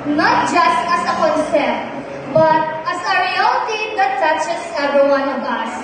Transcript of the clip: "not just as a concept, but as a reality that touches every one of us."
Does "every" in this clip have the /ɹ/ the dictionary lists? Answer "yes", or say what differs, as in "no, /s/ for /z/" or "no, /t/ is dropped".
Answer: no, /ɹ/ is dropped